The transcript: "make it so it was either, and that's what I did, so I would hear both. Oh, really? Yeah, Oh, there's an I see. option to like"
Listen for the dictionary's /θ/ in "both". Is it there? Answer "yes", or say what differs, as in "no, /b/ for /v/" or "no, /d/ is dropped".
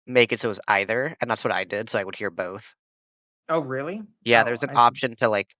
yes